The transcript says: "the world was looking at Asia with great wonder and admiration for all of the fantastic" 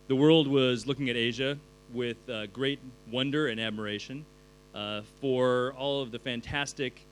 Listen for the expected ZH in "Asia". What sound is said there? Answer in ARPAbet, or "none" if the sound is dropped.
ZH